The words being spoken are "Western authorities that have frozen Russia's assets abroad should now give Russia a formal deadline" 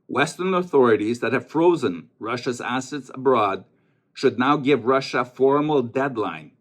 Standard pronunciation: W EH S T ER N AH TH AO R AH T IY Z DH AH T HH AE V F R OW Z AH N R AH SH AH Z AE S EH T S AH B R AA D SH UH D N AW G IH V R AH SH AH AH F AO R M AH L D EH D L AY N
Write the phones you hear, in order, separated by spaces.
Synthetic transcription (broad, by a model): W EH S T ER N AH TH AO R AH T IY Z DH AH T HH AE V F R OW Z AH N R AH SH AH Z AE S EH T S AH B R AA D SH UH D N AW G IH V R AH SH AH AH F AO R M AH L D EH D L AY N